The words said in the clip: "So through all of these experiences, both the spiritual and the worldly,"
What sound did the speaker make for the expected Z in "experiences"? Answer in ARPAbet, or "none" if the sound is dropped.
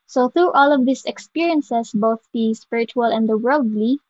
S